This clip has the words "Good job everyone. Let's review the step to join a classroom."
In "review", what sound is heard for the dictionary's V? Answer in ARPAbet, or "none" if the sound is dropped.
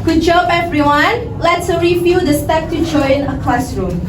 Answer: F